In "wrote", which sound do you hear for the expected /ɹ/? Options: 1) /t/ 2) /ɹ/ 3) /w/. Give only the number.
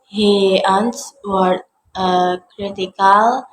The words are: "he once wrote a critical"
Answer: 3